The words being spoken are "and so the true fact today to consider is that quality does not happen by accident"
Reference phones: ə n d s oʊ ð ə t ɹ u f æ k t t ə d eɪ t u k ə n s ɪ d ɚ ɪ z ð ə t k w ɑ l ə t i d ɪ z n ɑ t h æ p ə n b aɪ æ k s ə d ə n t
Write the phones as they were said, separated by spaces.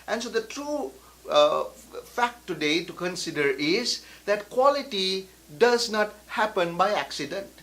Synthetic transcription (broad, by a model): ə n s oʊ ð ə t ɹ u f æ k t t ə d eɪ t u k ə n s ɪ d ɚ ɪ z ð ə t k w ɑ l ə t i d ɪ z n ɑ t h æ p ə n b aɪ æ k s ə d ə n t